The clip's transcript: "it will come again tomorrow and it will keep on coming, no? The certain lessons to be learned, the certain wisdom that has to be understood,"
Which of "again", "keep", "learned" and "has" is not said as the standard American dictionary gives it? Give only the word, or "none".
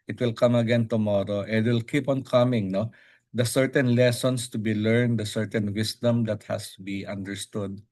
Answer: has